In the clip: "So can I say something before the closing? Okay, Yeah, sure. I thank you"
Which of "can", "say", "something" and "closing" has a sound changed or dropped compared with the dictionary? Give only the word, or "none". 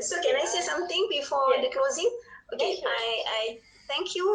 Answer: something